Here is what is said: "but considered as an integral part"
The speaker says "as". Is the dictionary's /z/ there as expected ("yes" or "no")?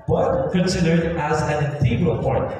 yes